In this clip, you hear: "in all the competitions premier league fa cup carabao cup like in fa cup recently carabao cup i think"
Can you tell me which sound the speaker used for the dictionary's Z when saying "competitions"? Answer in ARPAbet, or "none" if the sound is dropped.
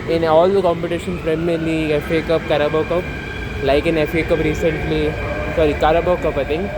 none